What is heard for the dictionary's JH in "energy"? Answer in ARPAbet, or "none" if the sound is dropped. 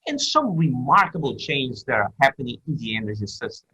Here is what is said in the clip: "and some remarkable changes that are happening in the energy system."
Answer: Z